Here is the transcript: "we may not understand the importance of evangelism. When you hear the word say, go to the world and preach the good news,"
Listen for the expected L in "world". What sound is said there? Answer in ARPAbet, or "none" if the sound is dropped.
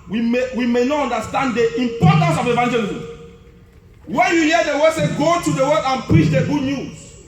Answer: none